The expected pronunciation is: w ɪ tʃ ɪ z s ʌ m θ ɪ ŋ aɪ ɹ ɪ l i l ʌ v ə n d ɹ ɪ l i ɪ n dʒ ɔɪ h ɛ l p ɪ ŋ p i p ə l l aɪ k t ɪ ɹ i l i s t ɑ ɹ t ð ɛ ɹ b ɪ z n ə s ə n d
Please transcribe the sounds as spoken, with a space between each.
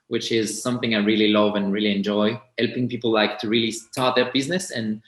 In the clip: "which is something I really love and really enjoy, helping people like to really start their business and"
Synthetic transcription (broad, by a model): w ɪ tʃ ɪ z s ʌ m θ ɪ ŋ aɪ ɹ ɪ l i l ʌ v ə n ɹ ɪ l i ɪ n dʒ ɔɪ h ɛ l p ɪ ŋ p i p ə l l aɪ k t ɪ ɹ i l i s t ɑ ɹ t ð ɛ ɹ b ɪ z n ə s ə n